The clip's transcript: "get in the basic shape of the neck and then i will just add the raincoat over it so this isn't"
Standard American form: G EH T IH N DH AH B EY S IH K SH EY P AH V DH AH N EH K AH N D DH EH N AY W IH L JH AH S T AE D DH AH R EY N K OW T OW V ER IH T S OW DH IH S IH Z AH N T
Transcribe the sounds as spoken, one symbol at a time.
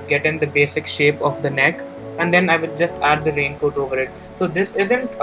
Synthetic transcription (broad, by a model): G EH T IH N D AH B EY S IH K SH EY P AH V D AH N EH K AH N D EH N AY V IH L JH AH S T AE D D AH R EY N K OW T OW V ER IH T S OW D IH S IH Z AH N T